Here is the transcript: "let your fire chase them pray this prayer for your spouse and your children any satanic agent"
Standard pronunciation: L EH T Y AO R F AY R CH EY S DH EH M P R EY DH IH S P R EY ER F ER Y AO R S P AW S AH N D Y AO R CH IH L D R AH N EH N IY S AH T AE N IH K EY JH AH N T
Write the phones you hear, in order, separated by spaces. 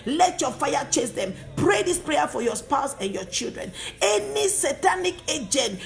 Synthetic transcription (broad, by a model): L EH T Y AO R F AY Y CH EY S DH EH M P R EY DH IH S P R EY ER F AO Y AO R S P AW S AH N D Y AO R CH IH L D R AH N EH N IY S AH T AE N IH K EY JH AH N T